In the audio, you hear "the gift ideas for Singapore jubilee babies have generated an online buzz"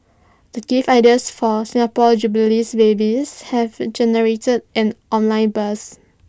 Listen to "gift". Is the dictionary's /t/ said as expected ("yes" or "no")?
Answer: no